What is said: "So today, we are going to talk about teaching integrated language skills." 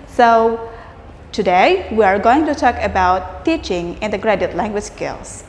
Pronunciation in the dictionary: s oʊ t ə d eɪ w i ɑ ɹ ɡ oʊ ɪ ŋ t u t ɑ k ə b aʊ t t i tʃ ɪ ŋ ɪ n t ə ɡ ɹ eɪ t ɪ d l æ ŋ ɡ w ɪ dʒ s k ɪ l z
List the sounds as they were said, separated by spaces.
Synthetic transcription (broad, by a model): s oʊ t ə d eɪ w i ɑ ɹ ɡ oʊ ɪ ŋ t u t ɑ k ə b aʊ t t i tʃ ɪ ŋ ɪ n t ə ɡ ɹ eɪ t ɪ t l æ ŋ ɡ w ɪ dʒ s k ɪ l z